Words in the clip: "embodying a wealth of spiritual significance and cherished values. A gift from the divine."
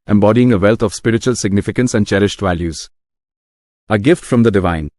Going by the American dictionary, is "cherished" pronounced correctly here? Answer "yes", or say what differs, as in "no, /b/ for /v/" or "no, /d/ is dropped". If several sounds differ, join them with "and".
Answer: yes